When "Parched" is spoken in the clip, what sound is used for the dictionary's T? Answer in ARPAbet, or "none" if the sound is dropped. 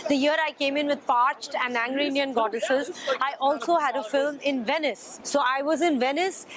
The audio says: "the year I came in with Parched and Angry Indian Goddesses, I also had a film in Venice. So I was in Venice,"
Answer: T